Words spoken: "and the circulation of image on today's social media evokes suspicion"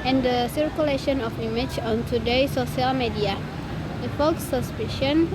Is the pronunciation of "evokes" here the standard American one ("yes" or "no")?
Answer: no